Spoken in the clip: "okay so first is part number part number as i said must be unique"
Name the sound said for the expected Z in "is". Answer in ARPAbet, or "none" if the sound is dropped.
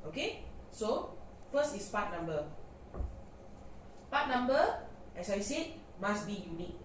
S